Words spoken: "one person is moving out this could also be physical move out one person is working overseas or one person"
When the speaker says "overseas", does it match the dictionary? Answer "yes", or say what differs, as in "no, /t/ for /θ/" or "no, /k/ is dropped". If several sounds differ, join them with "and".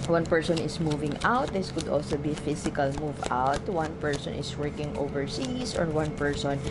no, /s/ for /z/